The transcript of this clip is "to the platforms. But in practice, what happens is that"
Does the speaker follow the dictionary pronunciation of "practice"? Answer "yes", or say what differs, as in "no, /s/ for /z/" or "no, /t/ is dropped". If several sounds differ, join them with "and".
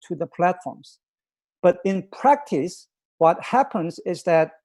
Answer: yes